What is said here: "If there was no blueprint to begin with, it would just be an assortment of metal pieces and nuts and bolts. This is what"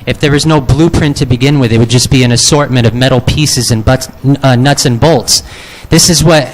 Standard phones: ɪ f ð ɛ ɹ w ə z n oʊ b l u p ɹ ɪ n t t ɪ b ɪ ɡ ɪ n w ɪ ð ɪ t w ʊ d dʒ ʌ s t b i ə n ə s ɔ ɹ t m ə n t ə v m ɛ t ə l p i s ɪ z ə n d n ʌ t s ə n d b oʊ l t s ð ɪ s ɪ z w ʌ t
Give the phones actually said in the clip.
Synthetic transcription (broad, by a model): ɪ f ð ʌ ɹ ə z n oʊ b l u p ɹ ɪ n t t ɪ b ɪ ɡ ɪ n w ɪ ð ɪ t w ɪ d dʒ ʌ s b i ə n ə s ɔ ɹ t m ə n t ə v m ɛ t l p i s ɪ z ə n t n ʌ t s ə n b oʊ l t s ð ɪ s ɪ z w ʌ t